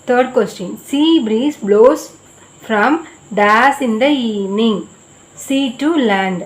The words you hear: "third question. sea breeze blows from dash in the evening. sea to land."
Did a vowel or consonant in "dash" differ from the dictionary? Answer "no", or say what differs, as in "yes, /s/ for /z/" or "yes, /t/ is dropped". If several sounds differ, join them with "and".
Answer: yes, /s/ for /ʃ/